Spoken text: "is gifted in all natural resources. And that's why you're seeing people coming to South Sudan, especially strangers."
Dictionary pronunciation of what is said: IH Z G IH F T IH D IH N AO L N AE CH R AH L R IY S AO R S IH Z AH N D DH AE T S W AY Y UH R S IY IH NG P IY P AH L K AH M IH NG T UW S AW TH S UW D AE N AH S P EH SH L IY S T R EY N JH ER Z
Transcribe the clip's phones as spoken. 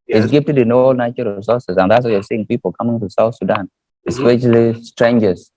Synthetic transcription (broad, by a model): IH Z G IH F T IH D IH N AO L N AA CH AH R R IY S AO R S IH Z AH N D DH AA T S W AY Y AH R S IY IH NG P IY P AH L K AH M IH NG T UW S AW TH S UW D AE N AH S P EH SH L IY S T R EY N JH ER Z